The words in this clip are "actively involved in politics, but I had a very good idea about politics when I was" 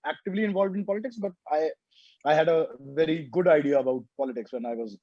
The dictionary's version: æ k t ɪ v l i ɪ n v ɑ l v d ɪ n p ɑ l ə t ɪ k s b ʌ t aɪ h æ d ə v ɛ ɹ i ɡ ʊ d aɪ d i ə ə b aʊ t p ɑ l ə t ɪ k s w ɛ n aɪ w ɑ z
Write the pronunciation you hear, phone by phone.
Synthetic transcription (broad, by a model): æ k t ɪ v l i ɪ n v ɑ l v d ɪ n p ɑ l ə t ɪ k s b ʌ t aɪ h æ d ə v ɛ ɹ i ɡ ʊ d aɪ d i ə ə b aʊ t p ɑ l ə t ɪ k s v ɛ n aɪ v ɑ z